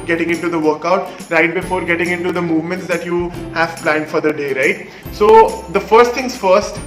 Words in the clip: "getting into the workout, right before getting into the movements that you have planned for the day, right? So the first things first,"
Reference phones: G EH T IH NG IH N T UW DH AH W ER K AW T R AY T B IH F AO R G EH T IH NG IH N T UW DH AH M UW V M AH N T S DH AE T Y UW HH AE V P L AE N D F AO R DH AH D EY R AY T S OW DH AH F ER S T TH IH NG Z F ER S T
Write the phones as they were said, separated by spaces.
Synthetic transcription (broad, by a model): G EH T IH NG IH N T UW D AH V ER K AW T R AY T B IH F AO R G EH T IH NG IH N T UW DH AH M UW V M AH N T S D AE T Y UW HH AE V P L AE N D F AO R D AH D EY R AY T S OW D AH F ER S T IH NG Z F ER S T